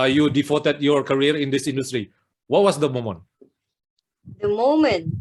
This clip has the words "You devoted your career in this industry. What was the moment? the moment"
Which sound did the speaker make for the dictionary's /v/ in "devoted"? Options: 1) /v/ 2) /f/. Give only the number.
2